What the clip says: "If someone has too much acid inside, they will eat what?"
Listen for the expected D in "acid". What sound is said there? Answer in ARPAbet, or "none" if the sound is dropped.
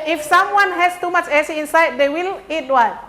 none